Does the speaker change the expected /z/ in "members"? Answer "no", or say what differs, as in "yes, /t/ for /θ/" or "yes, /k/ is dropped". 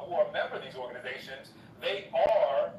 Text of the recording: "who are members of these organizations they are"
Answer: yes, /z/ is dropped